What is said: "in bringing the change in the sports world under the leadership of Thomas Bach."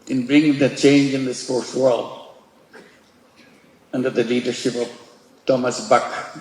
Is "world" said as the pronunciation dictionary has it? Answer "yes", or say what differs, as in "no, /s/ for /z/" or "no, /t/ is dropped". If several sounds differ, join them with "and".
yes